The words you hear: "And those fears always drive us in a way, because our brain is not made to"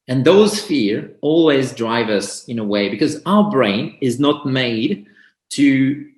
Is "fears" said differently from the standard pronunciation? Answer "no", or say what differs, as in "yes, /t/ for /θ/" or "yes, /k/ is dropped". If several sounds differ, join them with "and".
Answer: yes, /z/ is dropped